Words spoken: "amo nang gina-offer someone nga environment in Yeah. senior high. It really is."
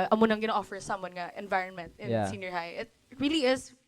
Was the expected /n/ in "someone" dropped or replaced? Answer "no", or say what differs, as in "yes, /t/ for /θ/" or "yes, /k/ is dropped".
no